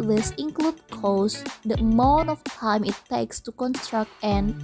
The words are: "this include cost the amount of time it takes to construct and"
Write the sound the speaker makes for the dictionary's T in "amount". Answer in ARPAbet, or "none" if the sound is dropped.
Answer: none